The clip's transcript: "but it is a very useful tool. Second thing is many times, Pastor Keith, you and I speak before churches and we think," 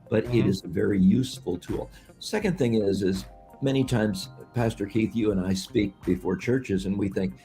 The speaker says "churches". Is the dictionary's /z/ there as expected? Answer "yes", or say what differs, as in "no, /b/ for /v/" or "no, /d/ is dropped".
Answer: yes